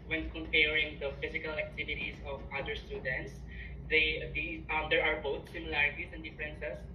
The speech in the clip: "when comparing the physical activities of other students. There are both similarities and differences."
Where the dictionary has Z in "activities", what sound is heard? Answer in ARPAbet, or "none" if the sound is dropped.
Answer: S